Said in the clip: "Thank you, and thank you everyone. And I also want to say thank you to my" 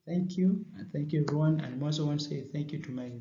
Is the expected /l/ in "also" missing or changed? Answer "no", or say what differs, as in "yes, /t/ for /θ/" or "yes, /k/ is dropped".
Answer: yes, /l/ is dropped